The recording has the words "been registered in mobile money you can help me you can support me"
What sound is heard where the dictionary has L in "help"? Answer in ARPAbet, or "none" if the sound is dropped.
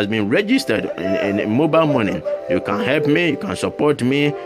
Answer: L